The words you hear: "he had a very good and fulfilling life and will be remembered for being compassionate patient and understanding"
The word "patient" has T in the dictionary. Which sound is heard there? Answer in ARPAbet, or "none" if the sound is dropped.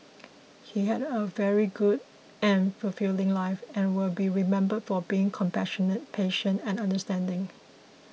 T